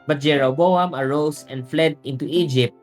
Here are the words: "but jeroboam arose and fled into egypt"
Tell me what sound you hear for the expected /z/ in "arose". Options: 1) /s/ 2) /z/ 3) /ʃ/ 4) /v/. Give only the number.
1